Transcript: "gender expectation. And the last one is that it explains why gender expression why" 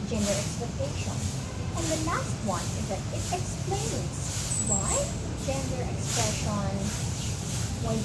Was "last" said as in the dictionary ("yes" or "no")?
no